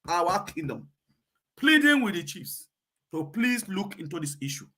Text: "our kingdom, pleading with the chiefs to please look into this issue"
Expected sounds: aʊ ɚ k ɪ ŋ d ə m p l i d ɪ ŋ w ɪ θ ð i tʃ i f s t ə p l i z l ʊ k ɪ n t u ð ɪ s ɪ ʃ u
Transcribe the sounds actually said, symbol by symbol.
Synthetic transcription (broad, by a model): aʊ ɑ k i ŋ d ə m p l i d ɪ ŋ w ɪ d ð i tʃ i f s t ə p l i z l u k ɪ n t u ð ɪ s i ʃ u